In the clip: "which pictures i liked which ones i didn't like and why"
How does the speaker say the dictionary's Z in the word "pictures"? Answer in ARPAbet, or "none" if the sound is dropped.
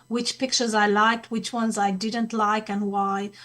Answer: Z